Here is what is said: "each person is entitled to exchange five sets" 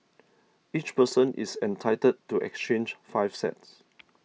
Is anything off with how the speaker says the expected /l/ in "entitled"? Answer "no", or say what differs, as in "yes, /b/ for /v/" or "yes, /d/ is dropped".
yes, /l/ is dropped